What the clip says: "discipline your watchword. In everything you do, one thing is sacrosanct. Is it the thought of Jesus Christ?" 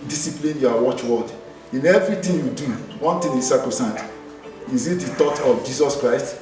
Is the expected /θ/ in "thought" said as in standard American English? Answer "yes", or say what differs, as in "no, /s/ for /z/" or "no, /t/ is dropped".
no, /t/ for /θ/